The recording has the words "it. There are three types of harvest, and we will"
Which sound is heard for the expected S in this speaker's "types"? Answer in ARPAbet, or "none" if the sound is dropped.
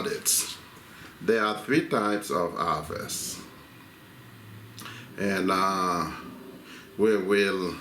S